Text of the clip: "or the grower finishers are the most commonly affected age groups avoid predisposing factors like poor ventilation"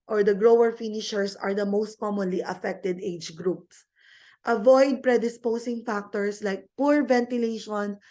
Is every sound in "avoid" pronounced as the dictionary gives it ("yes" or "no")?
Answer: yes